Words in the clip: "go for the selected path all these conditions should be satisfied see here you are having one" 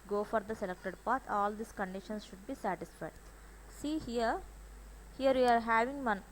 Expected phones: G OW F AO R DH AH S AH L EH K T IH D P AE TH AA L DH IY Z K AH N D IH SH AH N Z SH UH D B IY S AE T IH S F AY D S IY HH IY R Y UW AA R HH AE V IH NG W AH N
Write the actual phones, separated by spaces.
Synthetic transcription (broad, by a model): G OW F AO R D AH S AH L EH K T IH D P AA T AA L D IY S K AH N D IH SH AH N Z SH UH D B IY S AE T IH S F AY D S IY HH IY R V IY AA R HH AE V IH NG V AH N